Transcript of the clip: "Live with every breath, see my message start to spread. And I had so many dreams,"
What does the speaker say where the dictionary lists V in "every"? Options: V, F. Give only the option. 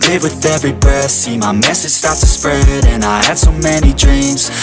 V